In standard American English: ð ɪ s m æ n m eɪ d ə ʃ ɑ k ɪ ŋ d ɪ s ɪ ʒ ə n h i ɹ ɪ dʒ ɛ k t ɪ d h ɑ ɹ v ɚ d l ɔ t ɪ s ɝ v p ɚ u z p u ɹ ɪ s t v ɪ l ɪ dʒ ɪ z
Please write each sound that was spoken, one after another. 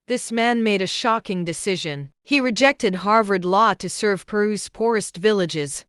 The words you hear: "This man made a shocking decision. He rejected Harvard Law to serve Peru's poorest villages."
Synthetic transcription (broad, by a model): ð ɪ s m æ n m eɪ d ə ʃ ɑ k ɪ ŋ d ɪ s ɪ ʒ ə n h i ɹ ɪ dʒ ɛ k t ɪ d h ɑ ɹ v ɚ d l ɔ t ɪ s ɝ v p ɚ u z p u ɹ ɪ s t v ɪ l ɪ dʒ ɪ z